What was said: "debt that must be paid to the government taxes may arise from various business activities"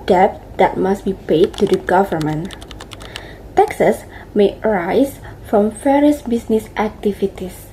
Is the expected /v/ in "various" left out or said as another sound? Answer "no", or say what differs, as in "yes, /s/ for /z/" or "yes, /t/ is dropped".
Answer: yes, /f/ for /v/